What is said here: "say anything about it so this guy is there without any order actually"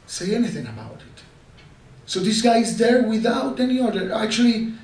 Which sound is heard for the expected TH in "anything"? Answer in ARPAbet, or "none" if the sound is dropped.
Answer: TH